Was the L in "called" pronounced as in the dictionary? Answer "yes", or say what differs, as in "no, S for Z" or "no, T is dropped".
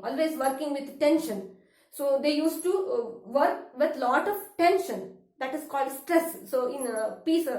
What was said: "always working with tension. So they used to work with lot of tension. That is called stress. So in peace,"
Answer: yes